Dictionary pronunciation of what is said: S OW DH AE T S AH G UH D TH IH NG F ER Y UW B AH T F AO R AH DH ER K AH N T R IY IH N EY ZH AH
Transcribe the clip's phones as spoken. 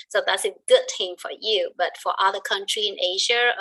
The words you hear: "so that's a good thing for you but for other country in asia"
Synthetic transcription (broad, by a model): S OW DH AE T S AH G UH D T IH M F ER Y UW B AH T F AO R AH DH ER K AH N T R IY IH N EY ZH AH